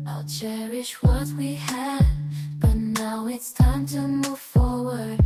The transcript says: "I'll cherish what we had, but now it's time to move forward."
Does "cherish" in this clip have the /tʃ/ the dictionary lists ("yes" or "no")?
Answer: yes